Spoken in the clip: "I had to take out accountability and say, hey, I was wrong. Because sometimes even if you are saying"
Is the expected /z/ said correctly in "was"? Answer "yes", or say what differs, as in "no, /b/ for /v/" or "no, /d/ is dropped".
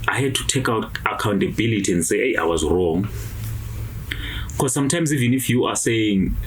yes